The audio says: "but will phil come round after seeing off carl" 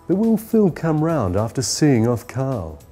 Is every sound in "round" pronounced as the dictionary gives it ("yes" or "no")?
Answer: yes